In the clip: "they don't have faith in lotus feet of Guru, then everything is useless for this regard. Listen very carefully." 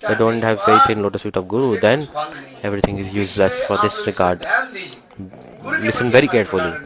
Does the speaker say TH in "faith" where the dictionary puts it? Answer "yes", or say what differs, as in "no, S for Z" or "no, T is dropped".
no, T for TH